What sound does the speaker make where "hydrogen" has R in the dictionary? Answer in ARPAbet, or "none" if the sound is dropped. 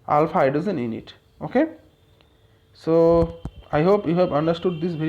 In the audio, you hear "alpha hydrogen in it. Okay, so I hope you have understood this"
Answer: none